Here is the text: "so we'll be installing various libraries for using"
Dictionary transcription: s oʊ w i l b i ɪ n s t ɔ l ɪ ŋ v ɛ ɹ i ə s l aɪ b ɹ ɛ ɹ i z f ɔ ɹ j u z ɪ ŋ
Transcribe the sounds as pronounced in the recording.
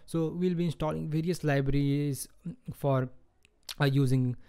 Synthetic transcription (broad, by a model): s oʊ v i l b i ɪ n s t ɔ l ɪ ŋ v ɛ ɹ i ə s l aɪ b ɹ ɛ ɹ i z f ɔ ɹ j u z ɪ ŋ